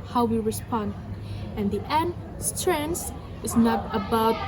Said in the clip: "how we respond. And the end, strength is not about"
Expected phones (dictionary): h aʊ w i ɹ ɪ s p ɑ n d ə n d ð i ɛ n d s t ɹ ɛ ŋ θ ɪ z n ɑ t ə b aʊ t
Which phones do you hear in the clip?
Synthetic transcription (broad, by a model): h aʊ w i ɹ ɪ s p ɑ n d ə n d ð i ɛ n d s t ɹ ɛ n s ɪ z n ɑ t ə b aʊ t